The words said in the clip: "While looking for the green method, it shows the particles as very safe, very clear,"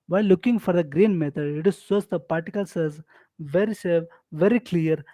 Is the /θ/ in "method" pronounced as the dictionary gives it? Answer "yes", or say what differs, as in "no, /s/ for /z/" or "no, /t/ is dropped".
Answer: no, /t/ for /θ/